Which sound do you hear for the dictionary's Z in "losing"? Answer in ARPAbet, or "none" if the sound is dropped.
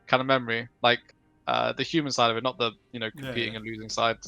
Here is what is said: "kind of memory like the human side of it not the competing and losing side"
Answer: Z